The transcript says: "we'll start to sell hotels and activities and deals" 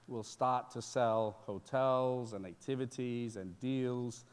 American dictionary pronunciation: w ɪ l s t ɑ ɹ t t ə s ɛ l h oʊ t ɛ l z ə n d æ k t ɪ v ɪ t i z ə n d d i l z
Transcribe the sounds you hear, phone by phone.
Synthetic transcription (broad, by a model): w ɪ l s t ɑ ɹ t t ə s ɛ l h oʊ t ɛ l z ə n æ k t ɪ v ɪ t i z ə n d d i l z